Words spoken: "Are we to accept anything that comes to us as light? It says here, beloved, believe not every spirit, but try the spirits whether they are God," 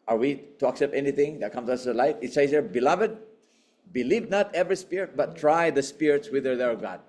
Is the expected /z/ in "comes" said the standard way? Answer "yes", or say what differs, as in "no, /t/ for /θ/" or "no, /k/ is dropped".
no, /z/ is dropped